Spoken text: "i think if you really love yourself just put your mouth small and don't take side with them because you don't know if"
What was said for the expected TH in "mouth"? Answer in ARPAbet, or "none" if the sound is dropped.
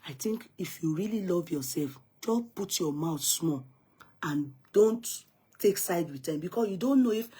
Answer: T